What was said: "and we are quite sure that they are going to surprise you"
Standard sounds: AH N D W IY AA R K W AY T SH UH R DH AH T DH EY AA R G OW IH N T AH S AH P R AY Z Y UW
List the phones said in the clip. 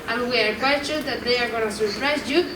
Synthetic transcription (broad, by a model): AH N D W IY AA R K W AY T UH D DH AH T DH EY AA R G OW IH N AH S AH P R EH S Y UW